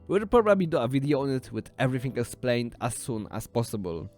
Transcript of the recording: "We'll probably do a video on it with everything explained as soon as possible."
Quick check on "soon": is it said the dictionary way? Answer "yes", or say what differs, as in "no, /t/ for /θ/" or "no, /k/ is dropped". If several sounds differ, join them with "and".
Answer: yes